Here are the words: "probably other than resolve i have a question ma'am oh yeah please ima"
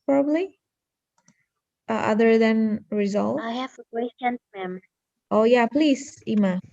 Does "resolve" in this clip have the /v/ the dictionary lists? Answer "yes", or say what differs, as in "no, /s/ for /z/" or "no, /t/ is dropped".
no, /v/ is dropped